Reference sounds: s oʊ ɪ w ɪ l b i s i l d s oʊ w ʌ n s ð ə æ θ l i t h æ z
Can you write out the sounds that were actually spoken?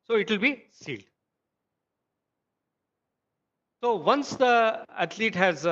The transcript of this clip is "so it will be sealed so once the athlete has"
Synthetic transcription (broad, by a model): s oʊ ɪ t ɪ l b i s i l d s oʊ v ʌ n s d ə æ t l i t h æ z